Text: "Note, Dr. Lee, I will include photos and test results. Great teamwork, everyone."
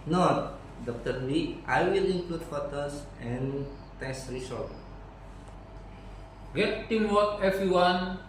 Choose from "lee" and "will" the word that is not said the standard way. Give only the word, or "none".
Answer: lee